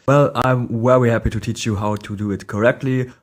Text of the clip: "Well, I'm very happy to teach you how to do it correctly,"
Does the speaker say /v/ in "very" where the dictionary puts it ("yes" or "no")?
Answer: no